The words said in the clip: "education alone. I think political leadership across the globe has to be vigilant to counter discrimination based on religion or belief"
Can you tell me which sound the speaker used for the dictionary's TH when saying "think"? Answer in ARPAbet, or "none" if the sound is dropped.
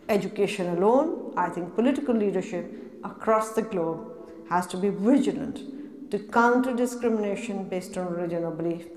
T